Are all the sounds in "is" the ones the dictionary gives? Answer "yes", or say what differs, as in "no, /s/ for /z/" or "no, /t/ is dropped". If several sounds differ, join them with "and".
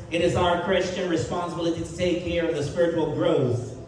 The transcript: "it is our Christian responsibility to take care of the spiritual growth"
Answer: yes